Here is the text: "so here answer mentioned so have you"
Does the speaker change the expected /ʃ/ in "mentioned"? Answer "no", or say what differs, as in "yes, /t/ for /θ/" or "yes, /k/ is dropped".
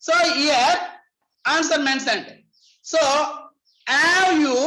yes, /s/ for /ʃ/